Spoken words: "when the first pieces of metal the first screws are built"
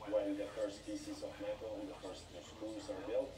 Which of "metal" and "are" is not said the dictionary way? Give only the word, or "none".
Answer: metal